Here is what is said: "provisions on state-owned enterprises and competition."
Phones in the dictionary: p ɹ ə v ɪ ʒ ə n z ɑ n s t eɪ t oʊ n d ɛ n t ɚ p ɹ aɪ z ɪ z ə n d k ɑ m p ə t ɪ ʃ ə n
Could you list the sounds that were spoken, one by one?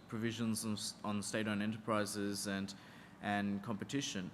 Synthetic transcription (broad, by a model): p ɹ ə v ɪ ʒ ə n z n n s t eɪ t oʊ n ɛ n t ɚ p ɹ aɪ z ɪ z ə n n k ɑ m p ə t ɪ ʃ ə n